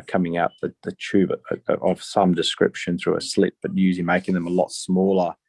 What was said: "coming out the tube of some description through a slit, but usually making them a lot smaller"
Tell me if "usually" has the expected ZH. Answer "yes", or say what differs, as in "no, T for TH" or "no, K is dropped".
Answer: no, Z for ZH